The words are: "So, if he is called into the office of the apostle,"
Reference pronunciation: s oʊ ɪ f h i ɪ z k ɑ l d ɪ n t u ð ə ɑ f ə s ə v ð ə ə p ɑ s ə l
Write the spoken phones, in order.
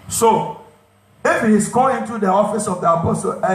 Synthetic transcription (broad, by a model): s oʊ ɪ f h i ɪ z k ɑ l ɪ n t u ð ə ɑ f ə s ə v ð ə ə p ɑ s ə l